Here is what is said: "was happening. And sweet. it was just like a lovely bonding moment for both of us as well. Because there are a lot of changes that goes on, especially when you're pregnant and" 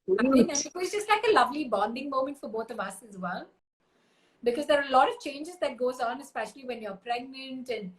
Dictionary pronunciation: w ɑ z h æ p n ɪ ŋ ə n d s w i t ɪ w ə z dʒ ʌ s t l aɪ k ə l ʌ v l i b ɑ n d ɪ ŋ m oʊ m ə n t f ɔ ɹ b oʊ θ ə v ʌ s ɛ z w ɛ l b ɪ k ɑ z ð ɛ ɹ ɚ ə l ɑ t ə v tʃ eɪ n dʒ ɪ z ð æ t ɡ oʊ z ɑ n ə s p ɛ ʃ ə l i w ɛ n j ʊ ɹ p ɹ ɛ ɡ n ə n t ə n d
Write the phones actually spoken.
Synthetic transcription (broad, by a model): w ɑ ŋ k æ n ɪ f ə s dʒ ʌ s t l aɪ k ə l ʌ v l i b ɑ n d ɪ ŋ m oʊ m ə n t f ɔ ɹ b oʊ t ə v ʌ s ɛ z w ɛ l b ɪ k ɑ z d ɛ ɹ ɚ ə l ɑ t ə v tʃ eɪ n dʒ ɪ z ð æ t ɡ oʊ z ɑ n ə s p ɛ ʃ ə l i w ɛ n j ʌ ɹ p ɹ ɛ ɡ n ə n t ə n d